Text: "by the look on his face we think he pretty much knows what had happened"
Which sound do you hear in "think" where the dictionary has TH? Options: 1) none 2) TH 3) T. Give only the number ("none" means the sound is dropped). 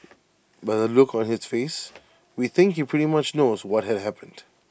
2